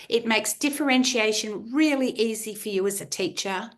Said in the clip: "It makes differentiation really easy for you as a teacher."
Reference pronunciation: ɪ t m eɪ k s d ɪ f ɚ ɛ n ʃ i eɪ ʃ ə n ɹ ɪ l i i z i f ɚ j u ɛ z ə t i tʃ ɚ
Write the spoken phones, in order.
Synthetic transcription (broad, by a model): ɪ t m eɪ k s d ɪ f ɚ ɛ n ʃ i eɪ ʃ ə n ɹ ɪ l i i z i f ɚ j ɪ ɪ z ə t i tʃ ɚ